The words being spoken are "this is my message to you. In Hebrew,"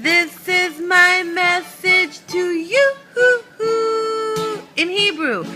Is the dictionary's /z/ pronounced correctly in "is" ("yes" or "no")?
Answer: yes